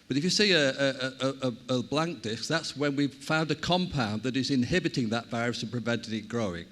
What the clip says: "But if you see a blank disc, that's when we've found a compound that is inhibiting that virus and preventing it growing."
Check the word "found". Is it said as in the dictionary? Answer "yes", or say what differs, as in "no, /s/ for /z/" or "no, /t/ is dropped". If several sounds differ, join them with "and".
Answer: yes